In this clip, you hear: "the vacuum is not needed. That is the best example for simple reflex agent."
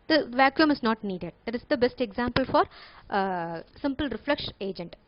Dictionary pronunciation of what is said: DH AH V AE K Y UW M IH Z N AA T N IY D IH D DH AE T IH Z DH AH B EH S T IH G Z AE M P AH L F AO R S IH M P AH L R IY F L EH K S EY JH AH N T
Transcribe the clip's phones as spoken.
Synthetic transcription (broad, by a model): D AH V AE K Y UW M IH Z N AA T N IY D IH D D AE T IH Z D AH B EH S T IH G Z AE M P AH L F AO R S IH M P AH L R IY F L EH K SH EY JH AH N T